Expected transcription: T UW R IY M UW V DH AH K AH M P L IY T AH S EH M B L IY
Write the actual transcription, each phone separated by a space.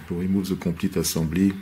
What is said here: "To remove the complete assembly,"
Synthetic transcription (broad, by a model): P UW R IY M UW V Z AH K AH P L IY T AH S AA B L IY